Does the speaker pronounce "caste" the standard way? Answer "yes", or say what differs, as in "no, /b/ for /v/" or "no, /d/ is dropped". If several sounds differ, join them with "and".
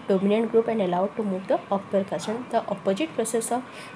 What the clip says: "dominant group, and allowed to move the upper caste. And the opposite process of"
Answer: no, /t/ is dropped